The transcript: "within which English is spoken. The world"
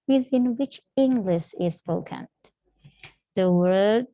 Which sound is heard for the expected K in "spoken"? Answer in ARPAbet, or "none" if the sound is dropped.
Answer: K